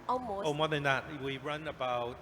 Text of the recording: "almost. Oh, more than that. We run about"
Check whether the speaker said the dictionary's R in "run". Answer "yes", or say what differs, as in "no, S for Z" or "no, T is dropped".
yes